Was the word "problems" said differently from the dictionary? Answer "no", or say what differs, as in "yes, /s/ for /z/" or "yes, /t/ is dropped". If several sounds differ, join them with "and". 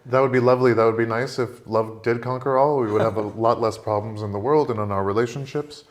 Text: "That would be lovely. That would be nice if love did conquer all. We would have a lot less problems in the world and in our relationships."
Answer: no